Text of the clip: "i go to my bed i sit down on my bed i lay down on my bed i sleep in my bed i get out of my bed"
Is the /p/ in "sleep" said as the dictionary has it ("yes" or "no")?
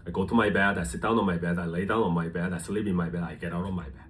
no